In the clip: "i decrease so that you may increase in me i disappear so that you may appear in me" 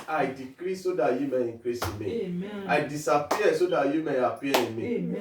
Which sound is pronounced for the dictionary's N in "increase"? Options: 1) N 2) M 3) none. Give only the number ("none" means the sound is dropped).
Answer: 3